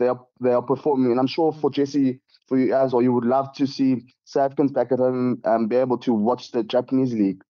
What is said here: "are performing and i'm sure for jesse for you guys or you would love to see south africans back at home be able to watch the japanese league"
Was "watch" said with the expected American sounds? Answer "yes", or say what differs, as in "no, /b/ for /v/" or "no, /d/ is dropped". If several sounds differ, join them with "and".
yes